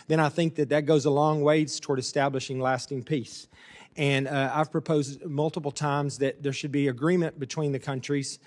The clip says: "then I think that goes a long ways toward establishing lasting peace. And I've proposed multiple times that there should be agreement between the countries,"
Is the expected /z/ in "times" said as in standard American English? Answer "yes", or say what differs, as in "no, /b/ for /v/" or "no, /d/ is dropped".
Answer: yes